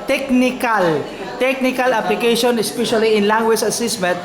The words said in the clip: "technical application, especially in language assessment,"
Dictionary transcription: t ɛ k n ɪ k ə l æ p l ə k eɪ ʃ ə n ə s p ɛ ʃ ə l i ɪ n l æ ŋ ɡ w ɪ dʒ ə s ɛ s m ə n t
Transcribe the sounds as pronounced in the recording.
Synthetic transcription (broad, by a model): t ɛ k n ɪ k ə l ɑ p l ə k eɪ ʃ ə n ə s p ɛ ʃ ə l i ɪ n l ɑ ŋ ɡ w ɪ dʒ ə s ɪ s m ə n t